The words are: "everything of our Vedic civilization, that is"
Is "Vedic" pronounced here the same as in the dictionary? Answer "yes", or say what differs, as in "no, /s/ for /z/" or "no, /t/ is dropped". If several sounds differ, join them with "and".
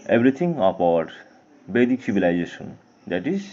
no, /b/ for /v/